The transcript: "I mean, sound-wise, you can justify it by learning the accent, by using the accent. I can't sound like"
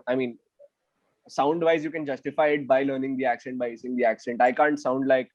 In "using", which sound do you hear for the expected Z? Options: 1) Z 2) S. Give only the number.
2